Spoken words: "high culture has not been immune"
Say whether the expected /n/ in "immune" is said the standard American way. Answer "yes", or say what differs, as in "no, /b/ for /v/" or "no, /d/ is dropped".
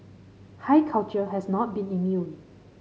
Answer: no, /n/ is dropped